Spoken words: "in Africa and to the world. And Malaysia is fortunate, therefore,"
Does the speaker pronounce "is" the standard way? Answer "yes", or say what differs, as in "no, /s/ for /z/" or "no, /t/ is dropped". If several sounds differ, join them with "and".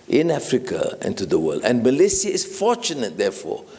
no, /s/ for /z/